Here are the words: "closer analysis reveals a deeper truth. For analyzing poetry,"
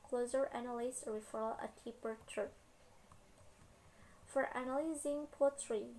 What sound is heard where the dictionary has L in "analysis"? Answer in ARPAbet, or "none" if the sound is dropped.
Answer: N